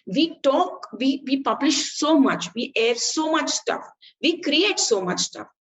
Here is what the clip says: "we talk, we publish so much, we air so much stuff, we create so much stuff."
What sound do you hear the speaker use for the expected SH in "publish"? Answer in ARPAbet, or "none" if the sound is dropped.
SH